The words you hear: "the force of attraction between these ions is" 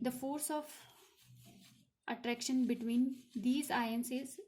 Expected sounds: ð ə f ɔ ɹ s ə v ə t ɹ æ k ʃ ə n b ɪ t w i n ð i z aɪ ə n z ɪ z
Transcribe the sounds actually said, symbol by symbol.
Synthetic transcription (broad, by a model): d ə f ɔ ɹ s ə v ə t ɹ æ k ʃ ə n b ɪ t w i n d i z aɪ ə n s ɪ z